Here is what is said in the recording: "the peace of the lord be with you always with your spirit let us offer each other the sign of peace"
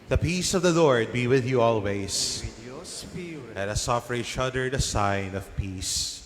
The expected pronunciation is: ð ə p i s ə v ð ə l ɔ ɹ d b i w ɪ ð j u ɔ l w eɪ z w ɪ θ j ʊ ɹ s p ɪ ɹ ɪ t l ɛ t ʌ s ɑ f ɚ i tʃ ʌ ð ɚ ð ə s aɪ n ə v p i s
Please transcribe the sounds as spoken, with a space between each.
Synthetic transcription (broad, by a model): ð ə p i s ə v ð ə l ɔ ɹ d b i w ɪ ð j u ɔ l w eɪ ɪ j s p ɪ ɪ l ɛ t ʌ s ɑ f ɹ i ʃ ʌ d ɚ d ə s aɪ n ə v p i s